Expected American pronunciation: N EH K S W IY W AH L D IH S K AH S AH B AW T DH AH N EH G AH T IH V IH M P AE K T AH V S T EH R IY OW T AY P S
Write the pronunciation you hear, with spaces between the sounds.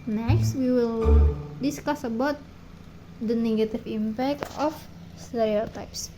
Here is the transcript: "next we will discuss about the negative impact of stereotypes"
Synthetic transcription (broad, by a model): N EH K S W IY W AH L D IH S K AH S AH B AW T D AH N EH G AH T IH F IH M P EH K T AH F S T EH R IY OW T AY P S